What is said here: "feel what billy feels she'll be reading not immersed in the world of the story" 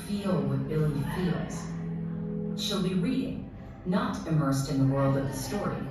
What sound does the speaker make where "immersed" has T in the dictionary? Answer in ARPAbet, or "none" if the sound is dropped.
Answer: T